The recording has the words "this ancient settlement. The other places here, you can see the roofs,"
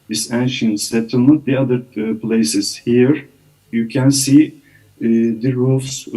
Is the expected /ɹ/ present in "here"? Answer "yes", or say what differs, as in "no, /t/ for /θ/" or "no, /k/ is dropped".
yes